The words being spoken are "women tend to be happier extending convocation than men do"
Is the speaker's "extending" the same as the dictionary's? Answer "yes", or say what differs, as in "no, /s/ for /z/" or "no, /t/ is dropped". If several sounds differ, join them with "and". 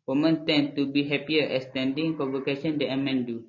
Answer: no, /k/ is dropped